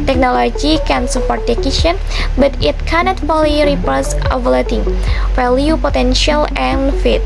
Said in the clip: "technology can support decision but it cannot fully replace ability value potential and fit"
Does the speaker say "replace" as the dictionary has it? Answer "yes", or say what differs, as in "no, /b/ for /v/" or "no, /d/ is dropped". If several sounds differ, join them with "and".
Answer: no, /l/ is dropped